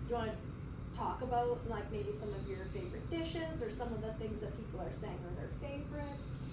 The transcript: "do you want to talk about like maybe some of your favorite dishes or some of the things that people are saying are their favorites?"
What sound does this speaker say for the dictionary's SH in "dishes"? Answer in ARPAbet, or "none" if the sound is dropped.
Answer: SH